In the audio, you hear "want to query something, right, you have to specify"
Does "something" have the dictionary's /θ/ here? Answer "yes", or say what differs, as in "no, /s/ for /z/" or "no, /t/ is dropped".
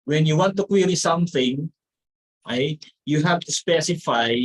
yes